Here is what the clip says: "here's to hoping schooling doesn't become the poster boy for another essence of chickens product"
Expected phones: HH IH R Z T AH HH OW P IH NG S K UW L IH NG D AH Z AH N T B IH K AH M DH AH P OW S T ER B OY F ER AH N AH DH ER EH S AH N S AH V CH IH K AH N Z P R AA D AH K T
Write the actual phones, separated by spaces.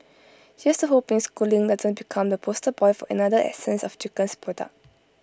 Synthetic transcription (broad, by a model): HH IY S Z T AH HH OW P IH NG S K UW L IH NG D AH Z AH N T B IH K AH M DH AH P OW S T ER B OY F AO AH N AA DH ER EH S AH N S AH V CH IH K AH N S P AA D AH